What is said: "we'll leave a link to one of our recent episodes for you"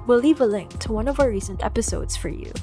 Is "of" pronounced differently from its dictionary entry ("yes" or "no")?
no